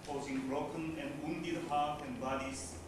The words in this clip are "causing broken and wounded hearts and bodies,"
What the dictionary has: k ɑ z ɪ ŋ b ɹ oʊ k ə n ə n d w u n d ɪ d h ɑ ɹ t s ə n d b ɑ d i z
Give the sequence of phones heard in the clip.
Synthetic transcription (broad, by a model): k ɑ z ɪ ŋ b ɹ oʊ k ə n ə n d w u n d ɪ d h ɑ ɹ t ə n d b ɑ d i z